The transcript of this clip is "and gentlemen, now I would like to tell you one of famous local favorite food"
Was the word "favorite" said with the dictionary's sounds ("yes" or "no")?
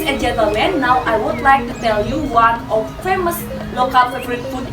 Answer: no